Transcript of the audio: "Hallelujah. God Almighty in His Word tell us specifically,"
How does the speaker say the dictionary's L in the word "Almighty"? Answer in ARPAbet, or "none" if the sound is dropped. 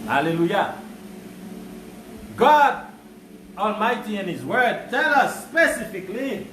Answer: L